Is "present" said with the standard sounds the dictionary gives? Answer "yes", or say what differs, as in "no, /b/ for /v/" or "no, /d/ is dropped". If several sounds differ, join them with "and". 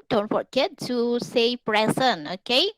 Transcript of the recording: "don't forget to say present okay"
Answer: no, /t/ is dropped